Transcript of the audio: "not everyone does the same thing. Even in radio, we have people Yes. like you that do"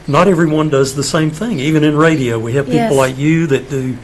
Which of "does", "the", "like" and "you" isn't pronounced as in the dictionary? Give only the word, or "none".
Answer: none